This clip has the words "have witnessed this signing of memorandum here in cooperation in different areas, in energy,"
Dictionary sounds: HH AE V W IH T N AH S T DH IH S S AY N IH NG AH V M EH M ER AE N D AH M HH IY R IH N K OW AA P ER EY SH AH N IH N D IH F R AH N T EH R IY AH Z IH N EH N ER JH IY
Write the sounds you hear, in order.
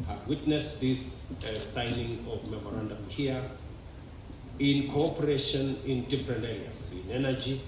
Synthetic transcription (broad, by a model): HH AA W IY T N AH S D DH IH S S AY N IH NG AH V M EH M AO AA N D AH M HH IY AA IH N K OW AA P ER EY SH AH N IH N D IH P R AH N EH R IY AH S IH N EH N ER JH IY